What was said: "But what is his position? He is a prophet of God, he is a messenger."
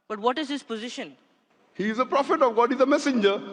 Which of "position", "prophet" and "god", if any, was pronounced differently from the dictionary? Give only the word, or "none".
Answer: none